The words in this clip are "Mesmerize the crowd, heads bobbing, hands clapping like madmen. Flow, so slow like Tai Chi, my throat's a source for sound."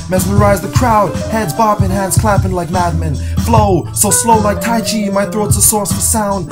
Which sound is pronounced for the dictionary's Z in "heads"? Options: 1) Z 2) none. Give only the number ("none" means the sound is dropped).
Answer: 1